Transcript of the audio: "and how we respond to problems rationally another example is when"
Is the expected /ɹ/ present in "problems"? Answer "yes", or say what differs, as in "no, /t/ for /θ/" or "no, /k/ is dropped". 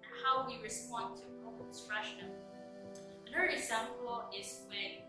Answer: no, /ɹ/ is dropped